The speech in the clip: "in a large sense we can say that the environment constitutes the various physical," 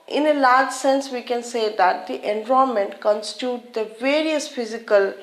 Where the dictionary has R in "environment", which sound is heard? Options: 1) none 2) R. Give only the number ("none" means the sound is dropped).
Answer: 1